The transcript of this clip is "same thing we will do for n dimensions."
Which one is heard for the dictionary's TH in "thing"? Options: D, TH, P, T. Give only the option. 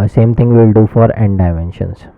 T